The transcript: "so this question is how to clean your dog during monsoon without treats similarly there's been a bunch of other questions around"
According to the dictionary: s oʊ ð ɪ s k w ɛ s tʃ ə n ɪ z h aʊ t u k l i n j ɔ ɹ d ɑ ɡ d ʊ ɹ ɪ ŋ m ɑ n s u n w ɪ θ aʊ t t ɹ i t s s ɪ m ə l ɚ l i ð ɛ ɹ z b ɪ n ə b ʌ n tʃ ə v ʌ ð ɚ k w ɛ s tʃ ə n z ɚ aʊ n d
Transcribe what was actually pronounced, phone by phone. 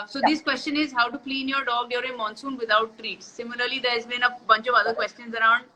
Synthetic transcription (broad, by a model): s oʊ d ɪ s k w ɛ s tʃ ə n ɪ z h aʊ t u k l i n j ɔ ɹ d ɑ ɡ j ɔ ɹ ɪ m ɑ n s u n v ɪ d aʊ t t ɹ i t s s ɪ m ə l ɚ l i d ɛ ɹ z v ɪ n ə b ʌ n tʃ ə v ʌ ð ɚ k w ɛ s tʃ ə n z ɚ aʊ n d